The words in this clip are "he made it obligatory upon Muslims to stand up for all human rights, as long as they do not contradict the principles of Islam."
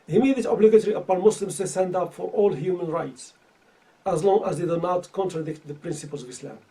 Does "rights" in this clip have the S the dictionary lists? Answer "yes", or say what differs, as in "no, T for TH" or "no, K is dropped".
yes